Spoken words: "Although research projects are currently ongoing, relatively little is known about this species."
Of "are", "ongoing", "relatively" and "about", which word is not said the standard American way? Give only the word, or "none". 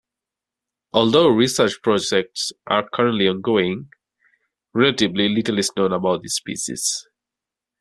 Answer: relatively